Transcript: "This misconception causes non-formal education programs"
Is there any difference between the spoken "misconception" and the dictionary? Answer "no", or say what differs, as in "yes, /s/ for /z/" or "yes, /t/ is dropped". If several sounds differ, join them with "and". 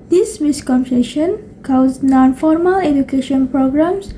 yes, /p/ is dropped